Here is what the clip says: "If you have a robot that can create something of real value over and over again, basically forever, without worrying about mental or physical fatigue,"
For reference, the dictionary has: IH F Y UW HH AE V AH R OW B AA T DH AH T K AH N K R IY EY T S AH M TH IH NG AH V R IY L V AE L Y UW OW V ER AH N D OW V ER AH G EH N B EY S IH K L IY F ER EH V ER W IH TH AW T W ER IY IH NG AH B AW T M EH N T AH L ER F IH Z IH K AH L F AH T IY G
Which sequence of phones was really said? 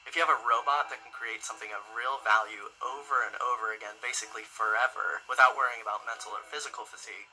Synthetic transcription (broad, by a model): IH F Y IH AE V AH R OW B AA T DH AH T K N K R IY EY T S AH M TH IH NG AH V R IY L V AE L Y UW OW V ER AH N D OW V ER AH G EH N B EY S IH K L IY F ER EH V ER W IH TH AW T W ER IY IH NG AH B AW T M EH N T L ER F IH Z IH K L F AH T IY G